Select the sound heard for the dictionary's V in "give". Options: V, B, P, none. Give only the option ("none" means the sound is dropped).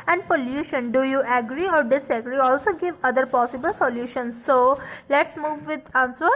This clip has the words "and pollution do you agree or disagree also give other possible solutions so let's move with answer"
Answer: V